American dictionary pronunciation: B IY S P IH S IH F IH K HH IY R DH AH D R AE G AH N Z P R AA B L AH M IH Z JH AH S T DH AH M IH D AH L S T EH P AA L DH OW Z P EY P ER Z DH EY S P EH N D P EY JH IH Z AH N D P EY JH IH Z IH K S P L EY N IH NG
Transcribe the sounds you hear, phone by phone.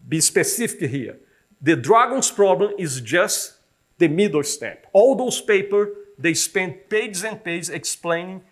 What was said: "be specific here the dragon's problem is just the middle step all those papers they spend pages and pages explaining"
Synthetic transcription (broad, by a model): B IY S P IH S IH F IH K HH IY R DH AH D R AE G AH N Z P R AA B L AH M IH Z JH AH S T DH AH M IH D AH S T EH P AA L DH OW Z P EY P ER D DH EY S P EH N D P EY JH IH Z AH N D P EY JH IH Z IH K S P L EY N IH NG